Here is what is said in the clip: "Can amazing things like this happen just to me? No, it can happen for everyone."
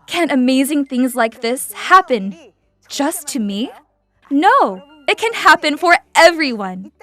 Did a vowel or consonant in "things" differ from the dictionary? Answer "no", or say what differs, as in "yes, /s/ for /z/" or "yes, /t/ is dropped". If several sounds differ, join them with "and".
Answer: no